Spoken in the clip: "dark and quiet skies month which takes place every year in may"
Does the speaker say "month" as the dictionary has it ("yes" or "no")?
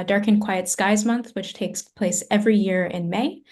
yes